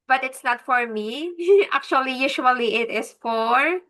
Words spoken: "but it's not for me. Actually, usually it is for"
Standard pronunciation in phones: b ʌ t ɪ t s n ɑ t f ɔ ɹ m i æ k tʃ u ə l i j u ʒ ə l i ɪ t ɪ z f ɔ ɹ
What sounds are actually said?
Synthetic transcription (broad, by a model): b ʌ t ɪ t s n ɑ t f ɔ ɹ m i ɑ k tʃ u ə l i j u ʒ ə l i ɪ t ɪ s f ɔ ɹ